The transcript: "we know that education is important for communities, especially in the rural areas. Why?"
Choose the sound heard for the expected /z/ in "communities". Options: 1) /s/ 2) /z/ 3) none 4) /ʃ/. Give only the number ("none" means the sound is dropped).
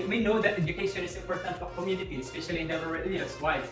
3